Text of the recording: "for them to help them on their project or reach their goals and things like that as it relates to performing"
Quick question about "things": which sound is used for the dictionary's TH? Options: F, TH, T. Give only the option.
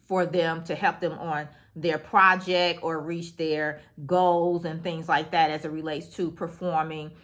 TH